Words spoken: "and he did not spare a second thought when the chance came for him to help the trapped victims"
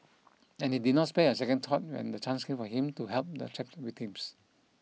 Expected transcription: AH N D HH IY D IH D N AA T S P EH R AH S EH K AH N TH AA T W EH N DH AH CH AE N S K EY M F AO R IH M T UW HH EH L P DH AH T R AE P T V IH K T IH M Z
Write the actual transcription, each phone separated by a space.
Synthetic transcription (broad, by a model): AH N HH IY D IH D N AA T S P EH AH S EH K AH N T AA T W EH N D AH CH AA N S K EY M F AO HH IH M T UW HH EH L P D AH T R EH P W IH T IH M S